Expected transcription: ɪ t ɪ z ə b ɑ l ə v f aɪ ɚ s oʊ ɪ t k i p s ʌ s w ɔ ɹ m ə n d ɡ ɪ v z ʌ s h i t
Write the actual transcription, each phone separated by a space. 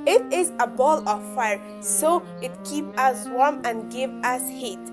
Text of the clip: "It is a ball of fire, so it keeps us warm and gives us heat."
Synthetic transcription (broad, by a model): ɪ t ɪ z ə b ɑ l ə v f aɪ ɚ s oʊ ɪ t k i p ʌ s w ɔ ɹ m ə n ɡ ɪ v ʌ s h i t